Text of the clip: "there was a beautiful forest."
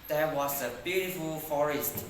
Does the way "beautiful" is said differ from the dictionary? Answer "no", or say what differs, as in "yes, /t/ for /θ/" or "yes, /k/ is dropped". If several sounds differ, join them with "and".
no